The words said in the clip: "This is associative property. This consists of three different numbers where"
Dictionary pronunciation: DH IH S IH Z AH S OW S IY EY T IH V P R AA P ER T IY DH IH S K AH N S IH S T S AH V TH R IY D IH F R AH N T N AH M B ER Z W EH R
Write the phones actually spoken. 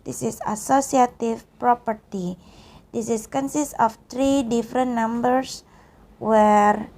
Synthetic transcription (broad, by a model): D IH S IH S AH S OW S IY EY T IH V P R AA P ER T IY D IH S K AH N S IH S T AH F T R IY D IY F R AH N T N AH M B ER S W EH R